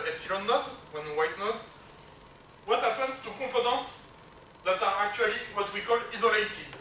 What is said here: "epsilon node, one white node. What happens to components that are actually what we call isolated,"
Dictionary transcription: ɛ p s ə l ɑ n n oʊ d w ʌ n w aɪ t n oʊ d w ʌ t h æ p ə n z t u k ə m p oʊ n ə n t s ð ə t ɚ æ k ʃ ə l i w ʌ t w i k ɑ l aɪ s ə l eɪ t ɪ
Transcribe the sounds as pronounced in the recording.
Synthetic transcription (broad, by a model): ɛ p s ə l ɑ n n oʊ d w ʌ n w aɪ t n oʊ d w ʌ t h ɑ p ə n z t u k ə p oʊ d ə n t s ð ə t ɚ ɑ k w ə l i w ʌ t w i k ɑ l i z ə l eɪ t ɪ